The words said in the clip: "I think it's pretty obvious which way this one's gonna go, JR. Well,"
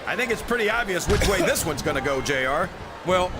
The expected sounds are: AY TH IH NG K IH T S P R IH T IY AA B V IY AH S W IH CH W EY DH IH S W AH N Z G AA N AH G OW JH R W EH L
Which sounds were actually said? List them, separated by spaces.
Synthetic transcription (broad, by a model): AY TH IH NG K IH T S P R IH T IY AA B V IY AH S W IH CH W EY DH IH S W AH N Z G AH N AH G OW JH R W EH L